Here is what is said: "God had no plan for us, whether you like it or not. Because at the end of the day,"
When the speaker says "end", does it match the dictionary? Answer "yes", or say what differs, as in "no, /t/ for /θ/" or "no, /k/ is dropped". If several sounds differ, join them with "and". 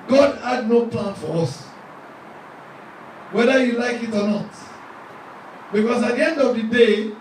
yes